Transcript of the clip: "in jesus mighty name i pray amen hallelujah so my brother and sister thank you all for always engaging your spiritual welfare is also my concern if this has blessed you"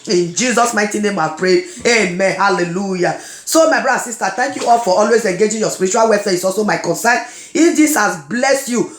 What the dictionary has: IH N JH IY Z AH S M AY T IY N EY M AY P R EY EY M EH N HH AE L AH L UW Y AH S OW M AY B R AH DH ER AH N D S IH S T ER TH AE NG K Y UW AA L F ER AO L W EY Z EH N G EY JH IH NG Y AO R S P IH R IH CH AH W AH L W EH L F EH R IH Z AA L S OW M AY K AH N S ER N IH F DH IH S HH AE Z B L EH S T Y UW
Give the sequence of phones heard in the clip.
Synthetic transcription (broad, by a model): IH N JH IY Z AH S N AY T IY N EY M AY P R EY EY M EH N HH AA L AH L UW Y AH S OW M AY B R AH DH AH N S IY S T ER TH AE NG K Y UW AA L F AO AO L W EY Z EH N G EY JH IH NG Y AO S P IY R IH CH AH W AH L W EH F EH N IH S AA L S OW M AY K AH N S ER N IH F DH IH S HH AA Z B L EH S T Y UW